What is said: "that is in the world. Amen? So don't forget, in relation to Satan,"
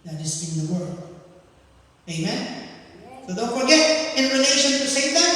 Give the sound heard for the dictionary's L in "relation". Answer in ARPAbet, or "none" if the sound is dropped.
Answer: N